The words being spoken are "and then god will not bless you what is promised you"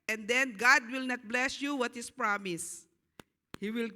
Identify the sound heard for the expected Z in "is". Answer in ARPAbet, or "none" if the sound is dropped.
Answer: S